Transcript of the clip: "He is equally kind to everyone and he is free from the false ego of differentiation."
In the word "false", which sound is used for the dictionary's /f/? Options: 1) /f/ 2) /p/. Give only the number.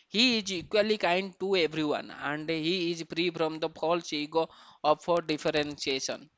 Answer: 2